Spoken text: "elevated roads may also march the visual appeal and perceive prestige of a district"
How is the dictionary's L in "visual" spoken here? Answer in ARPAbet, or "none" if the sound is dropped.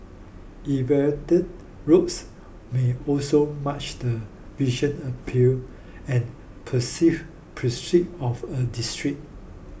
N